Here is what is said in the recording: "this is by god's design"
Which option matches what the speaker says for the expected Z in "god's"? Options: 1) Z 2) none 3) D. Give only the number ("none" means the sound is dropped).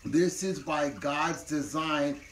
1